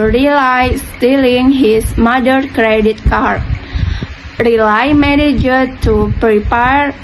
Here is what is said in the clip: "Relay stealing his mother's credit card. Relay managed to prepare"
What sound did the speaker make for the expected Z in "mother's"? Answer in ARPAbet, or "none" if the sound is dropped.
none